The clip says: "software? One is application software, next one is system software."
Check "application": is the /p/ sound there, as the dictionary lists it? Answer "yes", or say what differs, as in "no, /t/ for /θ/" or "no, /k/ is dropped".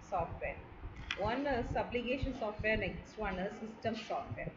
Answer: no, /b/ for /p/